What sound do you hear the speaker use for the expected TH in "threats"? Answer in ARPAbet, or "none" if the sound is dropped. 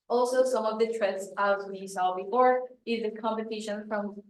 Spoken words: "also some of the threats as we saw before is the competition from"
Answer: T